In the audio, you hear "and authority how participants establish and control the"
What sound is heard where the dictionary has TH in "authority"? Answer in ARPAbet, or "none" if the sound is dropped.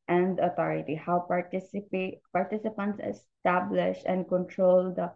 T